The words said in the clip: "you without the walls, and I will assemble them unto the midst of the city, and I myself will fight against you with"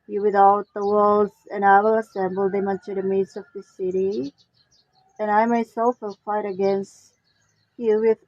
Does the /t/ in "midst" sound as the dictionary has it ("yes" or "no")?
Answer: no